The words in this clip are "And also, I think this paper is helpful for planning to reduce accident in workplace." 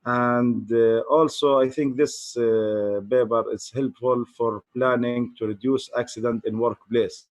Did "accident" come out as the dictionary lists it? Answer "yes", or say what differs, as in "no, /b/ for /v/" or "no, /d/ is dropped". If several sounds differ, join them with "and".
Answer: yes